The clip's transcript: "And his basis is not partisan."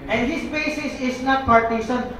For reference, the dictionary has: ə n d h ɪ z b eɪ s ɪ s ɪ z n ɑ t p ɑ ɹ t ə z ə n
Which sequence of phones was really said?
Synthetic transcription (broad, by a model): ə n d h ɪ s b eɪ s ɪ s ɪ s n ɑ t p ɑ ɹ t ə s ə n